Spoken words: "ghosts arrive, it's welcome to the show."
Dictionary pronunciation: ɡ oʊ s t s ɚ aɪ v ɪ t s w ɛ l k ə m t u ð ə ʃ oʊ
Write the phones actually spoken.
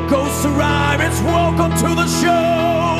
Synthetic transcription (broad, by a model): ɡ oʊ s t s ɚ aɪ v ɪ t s w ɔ k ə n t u ð ə ʃ oʊ